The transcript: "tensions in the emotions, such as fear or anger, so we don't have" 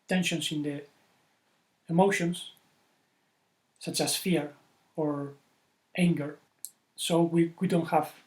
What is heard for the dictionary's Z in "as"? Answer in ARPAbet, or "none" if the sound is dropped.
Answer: S